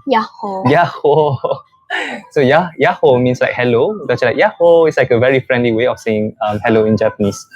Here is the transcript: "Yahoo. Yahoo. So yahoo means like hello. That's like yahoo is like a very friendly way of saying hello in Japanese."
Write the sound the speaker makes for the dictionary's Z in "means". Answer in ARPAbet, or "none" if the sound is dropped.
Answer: S